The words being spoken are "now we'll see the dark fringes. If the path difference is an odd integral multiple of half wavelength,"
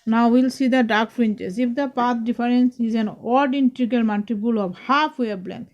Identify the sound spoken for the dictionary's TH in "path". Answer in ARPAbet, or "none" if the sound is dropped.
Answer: T